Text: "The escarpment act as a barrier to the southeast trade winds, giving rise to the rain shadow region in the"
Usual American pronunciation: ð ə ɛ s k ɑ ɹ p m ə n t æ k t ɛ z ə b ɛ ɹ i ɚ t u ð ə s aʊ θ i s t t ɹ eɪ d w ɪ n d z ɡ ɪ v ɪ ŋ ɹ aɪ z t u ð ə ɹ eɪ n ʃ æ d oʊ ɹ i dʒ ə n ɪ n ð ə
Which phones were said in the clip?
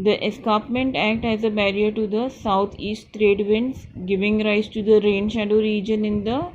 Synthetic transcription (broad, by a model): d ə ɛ s k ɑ p m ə n t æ k t ɛ z ə b ɛ ɹ i ɚ t u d ə s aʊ t i s t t ɹ eɪ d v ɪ n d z ɡ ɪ v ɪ ŋ ɹ aɪ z t u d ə ɹ eɪ n ʃ æ d oʊ ɹ i dʒ ə n ɪ n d ə